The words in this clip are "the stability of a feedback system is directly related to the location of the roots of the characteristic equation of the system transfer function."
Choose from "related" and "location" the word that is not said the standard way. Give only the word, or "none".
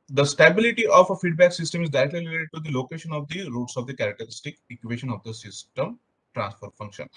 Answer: related